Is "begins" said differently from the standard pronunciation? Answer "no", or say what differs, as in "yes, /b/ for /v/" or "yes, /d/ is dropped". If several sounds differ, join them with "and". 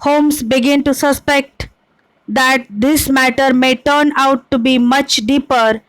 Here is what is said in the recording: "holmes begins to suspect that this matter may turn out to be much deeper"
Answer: yes, /z/ is dropped